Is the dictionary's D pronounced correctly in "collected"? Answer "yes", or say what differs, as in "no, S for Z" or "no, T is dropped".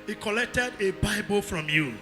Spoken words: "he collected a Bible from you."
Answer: yes